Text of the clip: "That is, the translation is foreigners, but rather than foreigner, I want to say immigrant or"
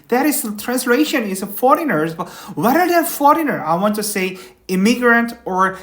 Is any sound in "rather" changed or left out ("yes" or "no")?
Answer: yes